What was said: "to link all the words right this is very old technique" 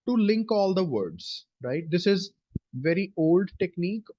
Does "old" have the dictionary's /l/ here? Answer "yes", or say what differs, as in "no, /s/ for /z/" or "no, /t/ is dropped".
yes